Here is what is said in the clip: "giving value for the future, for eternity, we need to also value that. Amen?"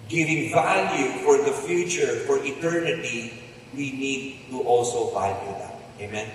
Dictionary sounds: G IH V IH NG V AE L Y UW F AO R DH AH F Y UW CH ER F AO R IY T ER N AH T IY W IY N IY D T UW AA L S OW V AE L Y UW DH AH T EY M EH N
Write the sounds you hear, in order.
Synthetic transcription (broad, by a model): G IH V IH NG V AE L Y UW F AO R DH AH F Y UW CH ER F AO R IY T ER N AH T IY W IY N IY D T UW AA L S OW V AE L Y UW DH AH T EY M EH N